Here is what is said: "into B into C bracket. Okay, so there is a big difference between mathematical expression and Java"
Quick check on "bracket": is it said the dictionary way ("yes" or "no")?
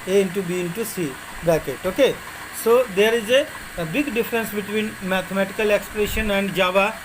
no